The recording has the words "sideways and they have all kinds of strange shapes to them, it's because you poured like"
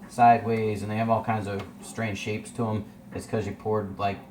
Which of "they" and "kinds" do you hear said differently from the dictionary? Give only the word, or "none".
none